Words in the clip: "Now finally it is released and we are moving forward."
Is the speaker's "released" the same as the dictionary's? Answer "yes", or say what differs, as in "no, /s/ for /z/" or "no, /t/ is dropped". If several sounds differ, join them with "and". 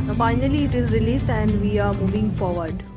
yes